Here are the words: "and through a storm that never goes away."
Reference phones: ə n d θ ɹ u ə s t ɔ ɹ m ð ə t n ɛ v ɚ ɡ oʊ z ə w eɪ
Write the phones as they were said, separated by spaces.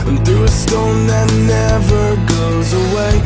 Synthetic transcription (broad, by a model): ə n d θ u ə s t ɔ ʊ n ð ə t n ɛ v ɚ ɡ oʊ z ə w eɪ